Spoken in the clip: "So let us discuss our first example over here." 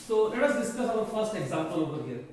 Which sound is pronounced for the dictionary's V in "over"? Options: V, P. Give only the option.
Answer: P